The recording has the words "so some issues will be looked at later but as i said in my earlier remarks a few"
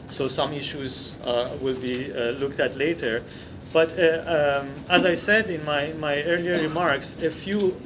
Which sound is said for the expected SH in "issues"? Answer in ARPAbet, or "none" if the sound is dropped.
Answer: SH